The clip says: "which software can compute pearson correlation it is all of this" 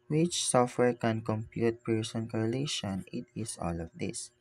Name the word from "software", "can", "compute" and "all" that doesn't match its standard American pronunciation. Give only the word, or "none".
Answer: none